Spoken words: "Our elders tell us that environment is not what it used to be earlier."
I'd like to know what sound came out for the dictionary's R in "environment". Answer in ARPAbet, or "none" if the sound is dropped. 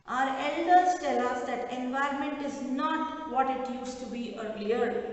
R